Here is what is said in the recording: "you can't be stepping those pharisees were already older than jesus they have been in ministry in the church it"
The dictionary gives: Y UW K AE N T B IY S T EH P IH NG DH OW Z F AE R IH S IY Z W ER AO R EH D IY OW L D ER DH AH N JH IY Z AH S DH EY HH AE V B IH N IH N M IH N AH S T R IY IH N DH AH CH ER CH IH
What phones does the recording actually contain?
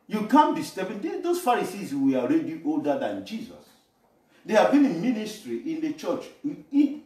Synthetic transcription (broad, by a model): Y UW K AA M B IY S T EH B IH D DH OW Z F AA R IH S IY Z W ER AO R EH D IY OW L D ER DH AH N JH IY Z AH S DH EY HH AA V B IH N IH N M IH N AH S T R IY IH N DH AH CH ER CH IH